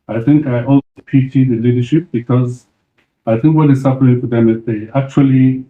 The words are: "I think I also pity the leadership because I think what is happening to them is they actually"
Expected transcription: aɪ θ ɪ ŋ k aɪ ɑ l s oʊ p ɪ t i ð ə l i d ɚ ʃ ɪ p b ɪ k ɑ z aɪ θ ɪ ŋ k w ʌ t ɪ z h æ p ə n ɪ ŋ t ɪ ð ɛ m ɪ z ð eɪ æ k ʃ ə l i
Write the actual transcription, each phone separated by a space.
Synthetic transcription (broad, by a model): aɪ θ ɪ ŋ k aɪ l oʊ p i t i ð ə l i d ɚ ʃ ɪ p b ɪ k ɑ z aɪ θ ɪ ŋ k w ʌ t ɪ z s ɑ f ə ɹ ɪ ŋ t ɪ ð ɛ m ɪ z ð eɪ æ k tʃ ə l i